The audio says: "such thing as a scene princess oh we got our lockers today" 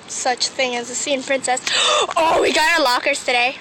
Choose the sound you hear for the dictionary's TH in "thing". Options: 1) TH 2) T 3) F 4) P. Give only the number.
1